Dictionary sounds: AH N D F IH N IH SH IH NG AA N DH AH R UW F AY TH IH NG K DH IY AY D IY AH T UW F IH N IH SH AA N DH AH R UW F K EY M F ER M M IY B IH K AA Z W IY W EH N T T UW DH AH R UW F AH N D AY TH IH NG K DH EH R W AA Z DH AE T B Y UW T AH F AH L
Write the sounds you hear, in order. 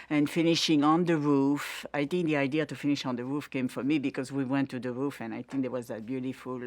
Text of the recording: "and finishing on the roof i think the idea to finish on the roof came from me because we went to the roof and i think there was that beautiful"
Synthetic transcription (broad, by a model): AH N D F IH N IH SH IH NG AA N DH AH R UW F AY TH IH NG K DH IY AY D IY AH T UW F IH N IH SH AA N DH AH R UW F K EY M F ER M M IY B IH K AA Z W IY W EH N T T UW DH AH R UW F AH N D AY TH IH NG K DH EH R W AA Z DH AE T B Y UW T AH F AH L